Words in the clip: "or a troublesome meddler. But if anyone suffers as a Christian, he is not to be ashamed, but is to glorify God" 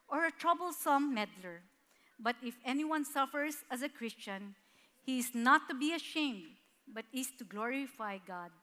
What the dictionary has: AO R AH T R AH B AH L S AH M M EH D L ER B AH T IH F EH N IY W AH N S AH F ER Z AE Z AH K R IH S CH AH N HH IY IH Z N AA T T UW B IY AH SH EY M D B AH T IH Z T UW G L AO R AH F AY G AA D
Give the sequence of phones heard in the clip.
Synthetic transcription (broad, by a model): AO R AH T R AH B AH L S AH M M EH D L ER B AH T IH F EH N IY W AH N S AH F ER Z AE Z AH K R IH S CH AH N HH IY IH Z N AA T T UW B IY AH SH EY M D B AH T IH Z T UW G L AO R AH F AY G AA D